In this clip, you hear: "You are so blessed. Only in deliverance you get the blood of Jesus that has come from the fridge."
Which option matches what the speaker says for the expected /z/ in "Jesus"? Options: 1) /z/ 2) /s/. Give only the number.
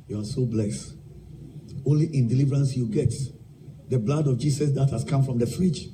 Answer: 2